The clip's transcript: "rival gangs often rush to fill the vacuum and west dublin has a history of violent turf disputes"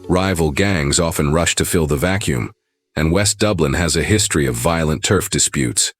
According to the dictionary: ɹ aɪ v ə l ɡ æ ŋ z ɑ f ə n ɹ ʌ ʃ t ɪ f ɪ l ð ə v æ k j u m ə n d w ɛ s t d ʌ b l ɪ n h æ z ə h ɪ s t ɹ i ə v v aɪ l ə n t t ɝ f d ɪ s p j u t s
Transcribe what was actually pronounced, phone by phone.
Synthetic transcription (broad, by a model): ɹ aɪ v l ɡ æ ŋ z ɑ f ə n ɹ ʌ ʃ t ɪ f ɪ l ð ə v æ k j u m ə n w ɛ s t d ʌ b l ɪ n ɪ z ə h ɪ s t ɹ i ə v v aɪ l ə n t t ɝ f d ɪ s p j u t s